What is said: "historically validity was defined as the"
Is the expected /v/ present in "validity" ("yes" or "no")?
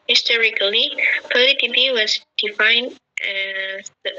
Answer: no